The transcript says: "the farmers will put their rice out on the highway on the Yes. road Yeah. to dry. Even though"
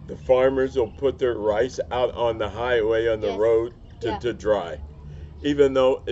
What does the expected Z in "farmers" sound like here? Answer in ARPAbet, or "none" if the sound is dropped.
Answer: Z